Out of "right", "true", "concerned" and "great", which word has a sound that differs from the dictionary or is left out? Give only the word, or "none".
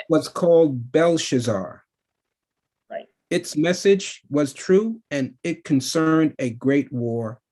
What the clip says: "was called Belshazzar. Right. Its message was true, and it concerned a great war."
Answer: right